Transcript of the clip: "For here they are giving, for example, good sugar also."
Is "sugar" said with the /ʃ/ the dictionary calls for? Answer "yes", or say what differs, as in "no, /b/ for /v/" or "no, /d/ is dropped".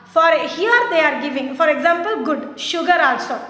yes